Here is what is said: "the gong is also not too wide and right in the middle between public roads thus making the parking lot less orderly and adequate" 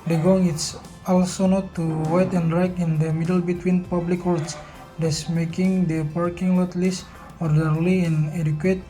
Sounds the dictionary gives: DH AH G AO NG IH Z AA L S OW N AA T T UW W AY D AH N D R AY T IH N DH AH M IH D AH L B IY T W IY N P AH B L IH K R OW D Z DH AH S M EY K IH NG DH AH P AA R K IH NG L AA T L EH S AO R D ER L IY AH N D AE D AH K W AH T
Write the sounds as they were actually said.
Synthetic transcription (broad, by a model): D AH G AO NG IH S AA L S OW N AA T T UW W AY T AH N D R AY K IH N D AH M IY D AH L B IY T W IY N P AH B L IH K W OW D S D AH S M EY K IH NG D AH P AA R K IH NG L AA T L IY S AO R D ER L IY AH N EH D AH K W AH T